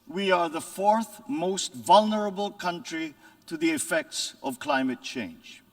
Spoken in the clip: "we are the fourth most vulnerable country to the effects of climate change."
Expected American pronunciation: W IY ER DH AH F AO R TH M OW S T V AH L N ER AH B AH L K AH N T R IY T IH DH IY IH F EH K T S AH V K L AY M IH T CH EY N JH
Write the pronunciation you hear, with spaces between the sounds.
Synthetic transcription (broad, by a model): W IY ER DH AH F AO R TH M OW S T V AH L N ER AH B AH L K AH N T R IY T IH DH IY IH F EH K T S AH V K L AY M IH T CH EY N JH